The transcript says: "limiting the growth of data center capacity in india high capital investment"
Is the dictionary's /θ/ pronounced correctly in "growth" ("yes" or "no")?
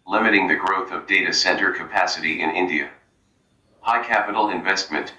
yes